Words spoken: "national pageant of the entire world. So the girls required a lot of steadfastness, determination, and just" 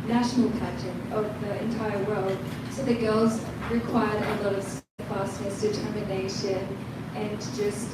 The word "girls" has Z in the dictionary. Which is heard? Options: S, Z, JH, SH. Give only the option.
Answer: Z